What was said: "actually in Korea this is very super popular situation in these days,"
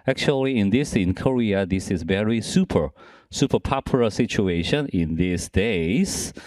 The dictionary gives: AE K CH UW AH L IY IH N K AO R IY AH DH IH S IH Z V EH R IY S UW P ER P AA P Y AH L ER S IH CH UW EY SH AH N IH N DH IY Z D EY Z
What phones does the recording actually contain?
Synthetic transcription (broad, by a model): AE K CH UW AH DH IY IH N K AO R IY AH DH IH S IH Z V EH R IY S UW P ER P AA P Y L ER S IH CH UW EY SH AH N IH N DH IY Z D EY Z